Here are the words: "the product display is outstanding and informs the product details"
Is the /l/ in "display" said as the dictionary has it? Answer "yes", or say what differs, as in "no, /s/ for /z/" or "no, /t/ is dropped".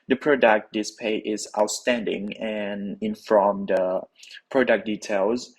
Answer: no, /l/ is dropped